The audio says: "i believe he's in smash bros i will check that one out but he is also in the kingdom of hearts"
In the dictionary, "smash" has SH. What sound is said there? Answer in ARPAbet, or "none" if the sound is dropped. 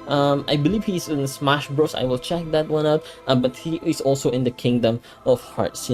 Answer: SH